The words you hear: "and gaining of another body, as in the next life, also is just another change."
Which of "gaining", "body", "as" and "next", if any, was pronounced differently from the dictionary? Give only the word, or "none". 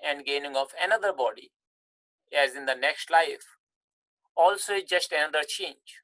none